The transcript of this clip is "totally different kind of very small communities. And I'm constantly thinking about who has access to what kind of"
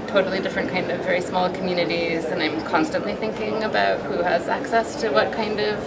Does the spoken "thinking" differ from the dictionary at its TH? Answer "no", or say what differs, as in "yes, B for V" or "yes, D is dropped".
no